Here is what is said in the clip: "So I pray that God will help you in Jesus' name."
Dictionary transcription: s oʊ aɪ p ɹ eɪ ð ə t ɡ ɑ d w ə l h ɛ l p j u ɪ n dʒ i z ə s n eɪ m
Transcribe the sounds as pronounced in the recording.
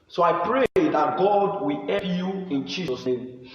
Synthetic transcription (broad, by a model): s oʊ aɪ p ɹ eɪ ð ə t ɡ ɑ d w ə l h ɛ p j u ɪ n dʒ i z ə s n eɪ m